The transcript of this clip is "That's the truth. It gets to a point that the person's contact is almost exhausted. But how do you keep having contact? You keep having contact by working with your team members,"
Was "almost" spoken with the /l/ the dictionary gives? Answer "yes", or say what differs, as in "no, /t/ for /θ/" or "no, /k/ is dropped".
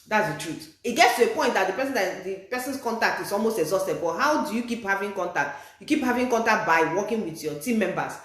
yes